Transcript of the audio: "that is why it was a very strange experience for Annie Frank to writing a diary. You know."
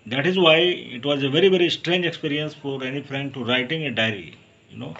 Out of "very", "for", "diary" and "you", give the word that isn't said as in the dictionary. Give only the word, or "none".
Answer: none